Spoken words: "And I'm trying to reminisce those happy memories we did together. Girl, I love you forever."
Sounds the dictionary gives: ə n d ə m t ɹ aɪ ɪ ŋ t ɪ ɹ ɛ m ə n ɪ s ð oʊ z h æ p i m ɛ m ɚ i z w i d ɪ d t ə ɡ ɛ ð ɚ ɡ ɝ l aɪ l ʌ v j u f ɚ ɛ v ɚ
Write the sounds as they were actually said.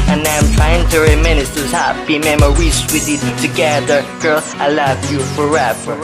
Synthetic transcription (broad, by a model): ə n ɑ ə m t ɹ aɪ ɪ ŋ t ɪ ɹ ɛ m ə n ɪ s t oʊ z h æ b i m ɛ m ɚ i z w i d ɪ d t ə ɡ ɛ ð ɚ ɡ ɝ l aɪ l ʌ v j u f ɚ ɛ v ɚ